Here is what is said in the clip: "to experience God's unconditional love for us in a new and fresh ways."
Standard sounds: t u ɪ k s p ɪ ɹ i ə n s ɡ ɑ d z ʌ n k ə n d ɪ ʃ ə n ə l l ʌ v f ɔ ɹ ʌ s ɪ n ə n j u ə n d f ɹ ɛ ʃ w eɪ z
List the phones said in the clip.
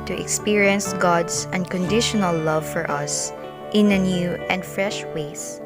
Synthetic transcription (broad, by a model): t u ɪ k s p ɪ ɹ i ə n s ɡ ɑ d s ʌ n k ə n d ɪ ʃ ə n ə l l ʌ v f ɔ ɹ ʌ s ɪ n ə n j u ə n d f ɹ ɛ ʃ w eɪ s